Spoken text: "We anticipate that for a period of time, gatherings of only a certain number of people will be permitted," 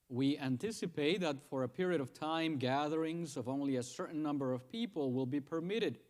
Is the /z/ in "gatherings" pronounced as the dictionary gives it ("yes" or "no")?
yes